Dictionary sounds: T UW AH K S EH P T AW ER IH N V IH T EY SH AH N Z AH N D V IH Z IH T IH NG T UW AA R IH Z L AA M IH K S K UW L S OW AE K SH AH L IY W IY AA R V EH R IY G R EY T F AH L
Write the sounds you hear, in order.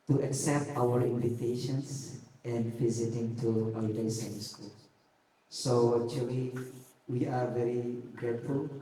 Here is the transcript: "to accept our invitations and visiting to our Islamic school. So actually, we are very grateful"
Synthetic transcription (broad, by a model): T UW AH K S EH P T AW ER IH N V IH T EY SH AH N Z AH N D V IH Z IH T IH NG T UW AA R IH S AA IH S K UW L S OW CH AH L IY W IY AA R V EH R IY G R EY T F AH L